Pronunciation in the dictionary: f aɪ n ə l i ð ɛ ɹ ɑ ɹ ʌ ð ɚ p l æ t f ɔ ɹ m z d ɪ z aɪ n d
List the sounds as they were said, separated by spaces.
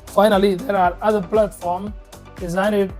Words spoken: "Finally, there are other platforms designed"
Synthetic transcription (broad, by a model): f aɪ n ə l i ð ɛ ɹ ɑ ɹ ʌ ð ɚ p l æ t f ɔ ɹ m d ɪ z aɪ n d